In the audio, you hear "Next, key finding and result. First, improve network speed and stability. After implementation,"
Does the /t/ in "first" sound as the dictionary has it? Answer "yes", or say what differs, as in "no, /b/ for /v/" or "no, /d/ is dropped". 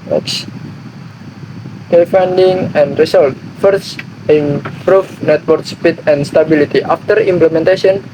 no, /t/ is dropped